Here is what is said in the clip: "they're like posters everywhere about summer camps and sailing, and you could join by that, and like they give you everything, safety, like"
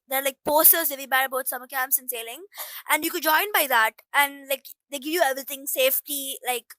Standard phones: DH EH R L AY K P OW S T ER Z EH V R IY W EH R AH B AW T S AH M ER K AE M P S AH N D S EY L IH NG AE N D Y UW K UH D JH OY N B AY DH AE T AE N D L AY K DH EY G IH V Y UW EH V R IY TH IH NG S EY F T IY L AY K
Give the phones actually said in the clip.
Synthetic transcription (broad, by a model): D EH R L AY K P OW S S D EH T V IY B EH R AH B AW T S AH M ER K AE M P S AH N S EY L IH NG AE N D Y UW K UH D JH OY N B AY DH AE T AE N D L AY K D EY G IH V Y UW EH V R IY T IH NG S EY F T IY L AY K